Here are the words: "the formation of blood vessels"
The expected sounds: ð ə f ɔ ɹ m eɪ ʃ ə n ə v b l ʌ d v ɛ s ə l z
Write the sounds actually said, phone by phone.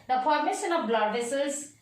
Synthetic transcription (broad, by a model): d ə p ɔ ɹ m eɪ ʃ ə n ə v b l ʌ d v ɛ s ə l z